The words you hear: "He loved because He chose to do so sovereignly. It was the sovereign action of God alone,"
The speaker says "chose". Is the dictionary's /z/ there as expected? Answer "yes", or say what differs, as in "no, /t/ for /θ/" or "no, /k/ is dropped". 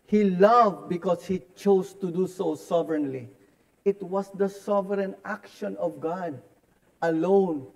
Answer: no, /s/ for /z/